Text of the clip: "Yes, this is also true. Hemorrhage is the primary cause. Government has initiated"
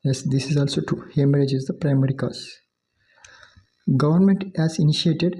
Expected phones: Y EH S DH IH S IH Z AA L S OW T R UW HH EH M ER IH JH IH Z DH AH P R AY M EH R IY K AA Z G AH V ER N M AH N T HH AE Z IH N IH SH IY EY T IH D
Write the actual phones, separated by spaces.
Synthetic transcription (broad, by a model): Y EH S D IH S IH Z AA L S OW T UW HH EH M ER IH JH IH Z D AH P R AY M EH R IY K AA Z G AH V ER N M AH N T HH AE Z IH N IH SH IY EY T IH D